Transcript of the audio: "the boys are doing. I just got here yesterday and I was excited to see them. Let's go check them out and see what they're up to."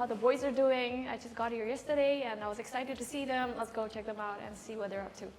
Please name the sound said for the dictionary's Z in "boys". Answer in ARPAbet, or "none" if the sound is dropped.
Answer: Z